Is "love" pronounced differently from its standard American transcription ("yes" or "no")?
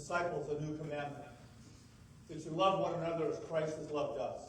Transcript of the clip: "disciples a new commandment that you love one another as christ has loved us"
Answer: no